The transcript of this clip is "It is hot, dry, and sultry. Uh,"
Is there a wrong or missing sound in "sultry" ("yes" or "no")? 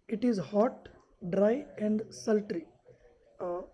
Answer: no